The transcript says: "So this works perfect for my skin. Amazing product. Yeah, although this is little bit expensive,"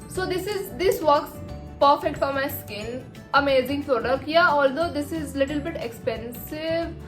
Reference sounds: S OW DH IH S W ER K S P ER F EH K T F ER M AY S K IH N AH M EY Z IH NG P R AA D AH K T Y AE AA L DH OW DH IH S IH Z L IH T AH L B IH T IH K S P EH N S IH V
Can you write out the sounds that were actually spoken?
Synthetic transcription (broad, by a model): S OW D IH S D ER K S P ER F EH K T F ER M AY S K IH L AH M EY Z IH NG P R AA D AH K Y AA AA L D OW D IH S IH Z L IH T AH L B IH T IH K S P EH N S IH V